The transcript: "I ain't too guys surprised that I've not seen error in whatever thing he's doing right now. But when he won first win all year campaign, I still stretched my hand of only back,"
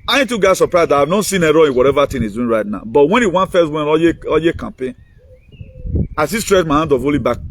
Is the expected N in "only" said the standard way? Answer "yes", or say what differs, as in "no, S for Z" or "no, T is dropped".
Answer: no, N is dropped